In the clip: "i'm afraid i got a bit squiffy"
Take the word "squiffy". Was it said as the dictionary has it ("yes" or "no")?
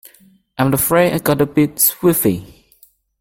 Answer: no